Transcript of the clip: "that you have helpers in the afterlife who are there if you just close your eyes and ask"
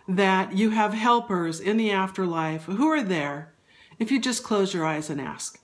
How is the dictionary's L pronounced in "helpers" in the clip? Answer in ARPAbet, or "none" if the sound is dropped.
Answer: L